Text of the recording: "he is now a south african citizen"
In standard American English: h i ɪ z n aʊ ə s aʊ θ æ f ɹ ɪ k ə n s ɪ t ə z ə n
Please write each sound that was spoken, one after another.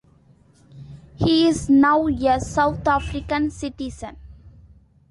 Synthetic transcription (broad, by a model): h i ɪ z n aʊ ə s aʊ t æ f ɹ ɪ k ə n s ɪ t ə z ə n